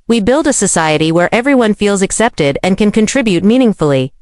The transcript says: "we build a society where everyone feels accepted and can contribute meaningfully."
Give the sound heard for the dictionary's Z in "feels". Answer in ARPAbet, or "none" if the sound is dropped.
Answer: Z